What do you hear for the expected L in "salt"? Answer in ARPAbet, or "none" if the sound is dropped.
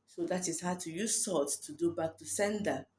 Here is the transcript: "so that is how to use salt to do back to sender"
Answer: none